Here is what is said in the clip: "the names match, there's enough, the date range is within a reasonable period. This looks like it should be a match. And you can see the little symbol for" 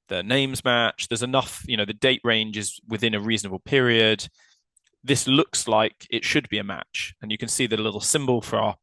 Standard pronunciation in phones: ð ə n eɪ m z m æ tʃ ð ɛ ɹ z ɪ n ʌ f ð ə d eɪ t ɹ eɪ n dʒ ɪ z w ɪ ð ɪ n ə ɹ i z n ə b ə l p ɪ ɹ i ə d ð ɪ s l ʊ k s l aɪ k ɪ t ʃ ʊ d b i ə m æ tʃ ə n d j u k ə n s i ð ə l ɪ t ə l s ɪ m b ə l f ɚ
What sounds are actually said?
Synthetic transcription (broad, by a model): ð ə n eɪ m z m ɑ tʃ ð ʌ z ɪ n ʌ f ð ə d eɪ t ɹ eɪ n dʒ ɪ z w ɪ ð ɪ n ə ɹ i z n ə b ə l p ɪ ɹ i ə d ð ɪ s l ʊ k s l aɪ k ɪ t ʃ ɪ d b i ə m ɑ tʃ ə n j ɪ k ə n s i ð ə l ɪ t l s ɪ m b ə l f ɚ